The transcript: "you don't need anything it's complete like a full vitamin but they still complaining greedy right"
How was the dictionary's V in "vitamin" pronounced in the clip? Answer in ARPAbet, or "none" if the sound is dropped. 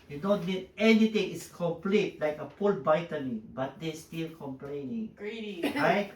B